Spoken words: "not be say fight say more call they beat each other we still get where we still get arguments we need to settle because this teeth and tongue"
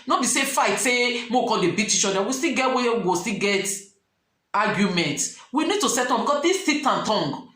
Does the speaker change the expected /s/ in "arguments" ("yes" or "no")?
yes